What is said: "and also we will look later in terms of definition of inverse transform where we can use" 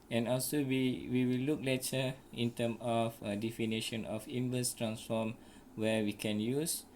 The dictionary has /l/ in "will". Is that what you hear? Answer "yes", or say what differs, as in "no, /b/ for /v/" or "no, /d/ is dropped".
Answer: no, /w/ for /l/